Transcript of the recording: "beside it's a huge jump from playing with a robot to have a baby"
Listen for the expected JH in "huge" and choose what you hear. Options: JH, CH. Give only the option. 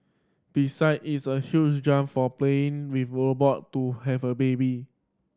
CH